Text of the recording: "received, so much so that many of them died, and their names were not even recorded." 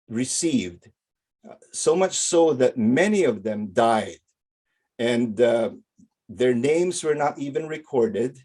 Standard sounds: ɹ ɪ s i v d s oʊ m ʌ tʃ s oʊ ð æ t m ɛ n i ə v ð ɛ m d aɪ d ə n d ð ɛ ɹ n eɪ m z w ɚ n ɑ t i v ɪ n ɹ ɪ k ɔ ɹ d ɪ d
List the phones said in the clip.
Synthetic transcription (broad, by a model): ɹ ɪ s i v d s oʊ m ʌ tʃ s oʊ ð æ t m ɛ n i ə v ð ɛ m d aɪ d ə n d ð ɛ ɹ n eɪ m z w ɚ n ɑ t i v ɪ n ɹ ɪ k ɔ ɹ d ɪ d